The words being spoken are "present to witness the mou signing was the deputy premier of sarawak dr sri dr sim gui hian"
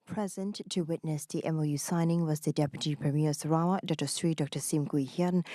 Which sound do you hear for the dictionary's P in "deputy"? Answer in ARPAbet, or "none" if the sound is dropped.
P